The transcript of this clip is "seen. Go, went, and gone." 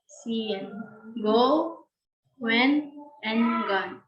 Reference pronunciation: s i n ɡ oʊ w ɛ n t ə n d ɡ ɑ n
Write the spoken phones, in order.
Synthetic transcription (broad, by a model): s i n ɡ oʊ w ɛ n ə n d ɡ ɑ n